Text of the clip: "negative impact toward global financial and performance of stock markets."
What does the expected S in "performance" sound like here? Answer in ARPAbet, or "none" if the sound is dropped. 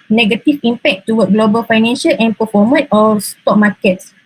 none